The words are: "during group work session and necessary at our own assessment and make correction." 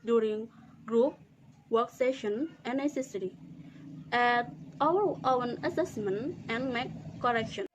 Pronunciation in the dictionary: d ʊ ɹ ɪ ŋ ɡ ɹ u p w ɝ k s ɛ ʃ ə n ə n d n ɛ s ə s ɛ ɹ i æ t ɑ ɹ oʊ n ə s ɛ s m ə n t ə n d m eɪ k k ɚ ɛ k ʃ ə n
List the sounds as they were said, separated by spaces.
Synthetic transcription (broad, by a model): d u ɹ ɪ ŋ ɡ ɹ u p w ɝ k s ɛ ʃ ə n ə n n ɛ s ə s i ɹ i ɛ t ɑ w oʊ n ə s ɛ s m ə n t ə n m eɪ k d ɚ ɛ k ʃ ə n